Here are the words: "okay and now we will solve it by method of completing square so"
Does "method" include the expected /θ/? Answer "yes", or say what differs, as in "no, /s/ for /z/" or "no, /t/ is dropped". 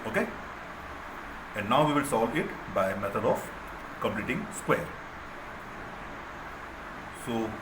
no, /t/ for /θ/